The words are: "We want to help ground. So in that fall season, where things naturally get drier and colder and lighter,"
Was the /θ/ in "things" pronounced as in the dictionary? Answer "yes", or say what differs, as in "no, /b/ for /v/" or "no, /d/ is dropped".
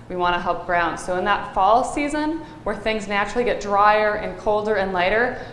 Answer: yes